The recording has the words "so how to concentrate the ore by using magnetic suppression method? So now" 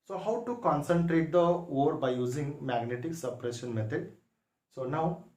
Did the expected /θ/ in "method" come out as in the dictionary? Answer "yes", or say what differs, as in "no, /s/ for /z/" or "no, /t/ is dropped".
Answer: no, /t/ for /θ/